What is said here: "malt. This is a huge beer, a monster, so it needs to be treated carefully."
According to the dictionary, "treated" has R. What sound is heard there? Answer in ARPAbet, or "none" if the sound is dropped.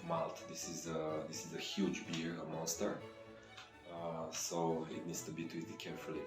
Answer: none